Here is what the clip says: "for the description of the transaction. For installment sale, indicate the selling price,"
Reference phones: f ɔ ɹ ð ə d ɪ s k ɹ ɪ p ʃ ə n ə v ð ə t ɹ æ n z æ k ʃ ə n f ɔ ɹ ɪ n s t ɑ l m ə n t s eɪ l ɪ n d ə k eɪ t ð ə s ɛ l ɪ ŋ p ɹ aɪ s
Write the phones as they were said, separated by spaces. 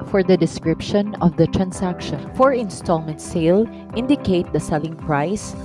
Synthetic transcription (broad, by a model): f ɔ ɹ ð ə d ɪ s k ɹ ɪ p ʃ ə n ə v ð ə t ɹ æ n s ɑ k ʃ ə n f ɔ ɹ ɪ n s t ɑ l m ə n t s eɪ l ɪ n d ə k eɪ t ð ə s ɛ l ɪ ŋ p ɹ aɪ s